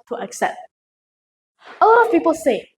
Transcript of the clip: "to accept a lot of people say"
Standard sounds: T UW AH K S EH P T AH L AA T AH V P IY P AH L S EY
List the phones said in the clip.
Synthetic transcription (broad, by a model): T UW AH K S EH P T AH L AA T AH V P IY P AH L S EY